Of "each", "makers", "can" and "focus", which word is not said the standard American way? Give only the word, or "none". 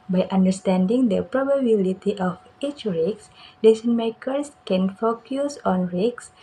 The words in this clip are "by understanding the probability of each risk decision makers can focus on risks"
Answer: makers